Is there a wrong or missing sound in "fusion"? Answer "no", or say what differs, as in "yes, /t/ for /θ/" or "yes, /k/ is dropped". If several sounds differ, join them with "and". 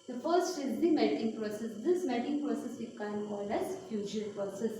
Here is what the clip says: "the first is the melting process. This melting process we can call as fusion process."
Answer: yes, /l/ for /n/